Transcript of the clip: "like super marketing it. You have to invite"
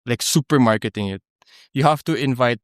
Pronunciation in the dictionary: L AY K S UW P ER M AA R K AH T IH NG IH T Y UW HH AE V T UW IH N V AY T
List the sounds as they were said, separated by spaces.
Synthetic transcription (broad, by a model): L AY K S UW P ER M AA R K AH T IH NG IH T Y UW HH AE F T UW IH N V AY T